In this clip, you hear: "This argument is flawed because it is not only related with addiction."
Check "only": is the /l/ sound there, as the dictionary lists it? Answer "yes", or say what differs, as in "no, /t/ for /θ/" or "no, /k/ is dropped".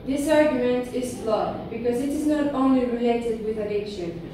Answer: yes